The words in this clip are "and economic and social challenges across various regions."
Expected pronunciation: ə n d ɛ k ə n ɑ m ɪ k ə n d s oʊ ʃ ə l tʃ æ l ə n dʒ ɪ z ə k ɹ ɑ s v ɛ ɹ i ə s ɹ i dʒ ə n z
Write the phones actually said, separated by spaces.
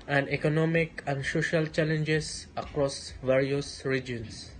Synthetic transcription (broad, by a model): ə n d ɛ k ə n ɑ m ɪ k ə n d s oʊ ʃ ə l tʃ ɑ l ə n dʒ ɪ s ə k ɹ ɑ s v ɛ ɹ i ə s ɹ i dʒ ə n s